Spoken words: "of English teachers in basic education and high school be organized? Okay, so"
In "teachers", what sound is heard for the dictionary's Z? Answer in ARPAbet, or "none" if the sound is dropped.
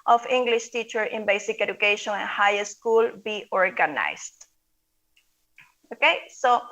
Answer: none